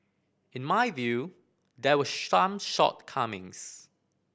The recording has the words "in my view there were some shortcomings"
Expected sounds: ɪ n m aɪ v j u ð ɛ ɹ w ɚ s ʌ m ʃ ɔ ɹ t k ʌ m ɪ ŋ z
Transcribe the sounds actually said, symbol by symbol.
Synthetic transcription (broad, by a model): ɪ n m aɪ v j u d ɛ w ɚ ʃ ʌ m ʃ ɔ t k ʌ m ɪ ŋ s